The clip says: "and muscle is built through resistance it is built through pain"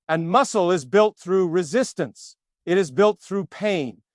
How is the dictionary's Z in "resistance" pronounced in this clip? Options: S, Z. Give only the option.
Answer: Z